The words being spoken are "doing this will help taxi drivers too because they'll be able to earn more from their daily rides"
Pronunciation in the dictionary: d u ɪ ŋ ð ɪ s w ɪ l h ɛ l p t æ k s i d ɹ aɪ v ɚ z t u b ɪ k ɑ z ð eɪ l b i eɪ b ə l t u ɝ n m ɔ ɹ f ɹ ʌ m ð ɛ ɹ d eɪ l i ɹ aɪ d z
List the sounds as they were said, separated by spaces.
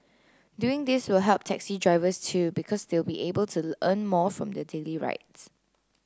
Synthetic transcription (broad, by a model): d u ɪ ŋ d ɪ s w ɪ l h ɛ l p t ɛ k s i d ɹ aɪ v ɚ s t u b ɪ k ɑ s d eɪ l b i eɪ b ə l t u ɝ n m ɔ f ɹ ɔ m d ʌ d eɪ l i ɹ aɪ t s